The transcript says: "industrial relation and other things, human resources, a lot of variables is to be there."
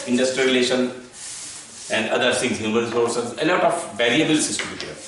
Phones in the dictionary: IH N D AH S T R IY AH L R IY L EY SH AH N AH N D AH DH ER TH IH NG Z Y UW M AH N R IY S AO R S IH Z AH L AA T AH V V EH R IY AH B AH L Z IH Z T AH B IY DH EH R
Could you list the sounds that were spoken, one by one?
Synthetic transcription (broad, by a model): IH N D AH S T R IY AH R IY L EY SH AH N AH N D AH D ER S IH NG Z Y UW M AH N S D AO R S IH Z AH L AA T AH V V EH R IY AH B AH L S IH S T AH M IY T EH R